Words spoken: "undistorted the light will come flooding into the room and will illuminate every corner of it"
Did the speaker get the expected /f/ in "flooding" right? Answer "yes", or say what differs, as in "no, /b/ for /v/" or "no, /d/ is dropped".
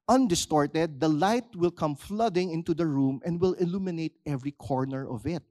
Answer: yes